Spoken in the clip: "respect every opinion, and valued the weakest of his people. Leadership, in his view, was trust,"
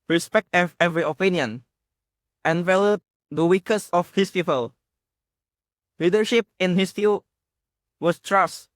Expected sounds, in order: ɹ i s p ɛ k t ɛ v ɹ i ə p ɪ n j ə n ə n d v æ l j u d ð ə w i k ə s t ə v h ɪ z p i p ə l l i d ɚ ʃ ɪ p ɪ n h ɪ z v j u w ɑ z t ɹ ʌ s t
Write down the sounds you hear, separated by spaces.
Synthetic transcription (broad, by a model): ɹ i s p ɛ k t ɛ v ɹ i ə p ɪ n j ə n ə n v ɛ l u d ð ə w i k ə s ə f h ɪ s p i p ə l l i d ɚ ʃ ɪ p ɪ n h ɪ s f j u w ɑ s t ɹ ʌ s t